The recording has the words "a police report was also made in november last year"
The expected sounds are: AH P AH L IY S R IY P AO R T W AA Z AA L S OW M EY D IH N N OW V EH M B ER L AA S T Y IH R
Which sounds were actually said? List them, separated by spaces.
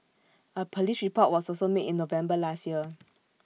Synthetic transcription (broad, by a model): AH P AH L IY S R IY P AO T W AA S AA S OW M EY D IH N N OW V EH M B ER L AA S T Y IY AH